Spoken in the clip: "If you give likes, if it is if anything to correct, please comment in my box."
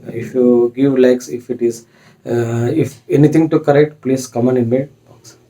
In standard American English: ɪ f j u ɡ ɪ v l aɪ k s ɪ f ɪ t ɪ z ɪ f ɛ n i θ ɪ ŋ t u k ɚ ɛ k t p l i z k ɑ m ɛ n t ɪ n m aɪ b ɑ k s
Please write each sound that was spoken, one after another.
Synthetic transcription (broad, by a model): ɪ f j u ɡ ɪ v l aɪ k s ɪ f ɪ t ɪ z ɪ f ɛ n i t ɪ ŋ t u k ɚ ɛ k t p l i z k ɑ m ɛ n ɪ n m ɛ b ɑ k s